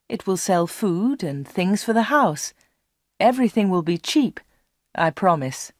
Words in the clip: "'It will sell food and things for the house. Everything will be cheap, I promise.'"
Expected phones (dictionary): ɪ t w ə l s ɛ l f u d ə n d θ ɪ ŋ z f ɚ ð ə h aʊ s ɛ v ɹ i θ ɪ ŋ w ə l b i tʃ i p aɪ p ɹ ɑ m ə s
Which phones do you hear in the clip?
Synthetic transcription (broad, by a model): ɪ t w ə l s ɛ l f u d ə n θ ɪ ŋ z f ɚ ð ə h aʊ s ɛ v ɹ i θ ɪ ŋ w ə l b i tʃ i p aɪ p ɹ ɑ m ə s